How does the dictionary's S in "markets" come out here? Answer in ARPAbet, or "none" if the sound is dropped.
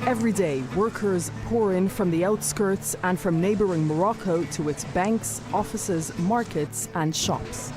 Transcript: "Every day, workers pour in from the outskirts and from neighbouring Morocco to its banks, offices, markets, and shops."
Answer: S